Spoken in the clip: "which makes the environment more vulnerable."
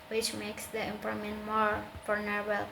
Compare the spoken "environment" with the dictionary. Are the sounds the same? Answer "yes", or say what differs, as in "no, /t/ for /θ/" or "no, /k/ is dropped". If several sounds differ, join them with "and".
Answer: no, /ɹ/ is dropped and /n/ is dropped